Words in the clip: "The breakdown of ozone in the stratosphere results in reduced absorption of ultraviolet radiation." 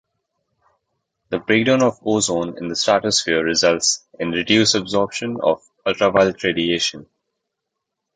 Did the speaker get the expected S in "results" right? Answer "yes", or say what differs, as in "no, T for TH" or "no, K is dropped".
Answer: yes